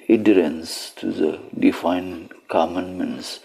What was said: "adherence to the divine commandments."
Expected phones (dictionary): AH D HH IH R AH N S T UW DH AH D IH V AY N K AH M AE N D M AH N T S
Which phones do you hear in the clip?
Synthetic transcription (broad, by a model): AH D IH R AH N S T UW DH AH D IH F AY N K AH M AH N M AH N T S